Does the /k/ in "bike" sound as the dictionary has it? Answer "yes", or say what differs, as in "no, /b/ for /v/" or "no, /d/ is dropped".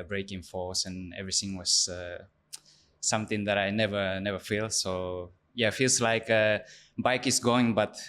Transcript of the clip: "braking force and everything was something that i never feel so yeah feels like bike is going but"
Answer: yes